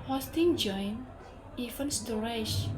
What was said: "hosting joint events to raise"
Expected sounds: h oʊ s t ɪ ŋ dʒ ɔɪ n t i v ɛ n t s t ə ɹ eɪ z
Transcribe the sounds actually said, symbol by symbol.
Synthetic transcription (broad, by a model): h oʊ s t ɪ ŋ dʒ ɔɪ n i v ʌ n s t ə ɹ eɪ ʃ